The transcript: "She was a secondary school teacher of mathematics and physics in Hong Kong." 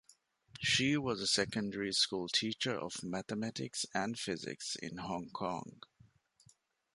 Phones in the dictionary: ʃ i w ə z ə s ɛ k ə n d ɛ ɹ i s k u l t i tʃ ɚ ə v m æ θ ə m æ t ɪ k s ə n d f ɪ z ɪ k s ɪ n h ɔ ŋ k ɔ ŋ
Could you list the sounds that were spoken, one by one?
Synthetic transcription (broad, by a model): ʃ i w ə z ə s ɛ k ə n d ɛ ɹ i s k u l t i tʃ ɚ ə v m æ θ ə m æ t ɪ k s ə n d f ɪ z ɪ k s ɪ n h ɔ ŋ k ɔ ŋ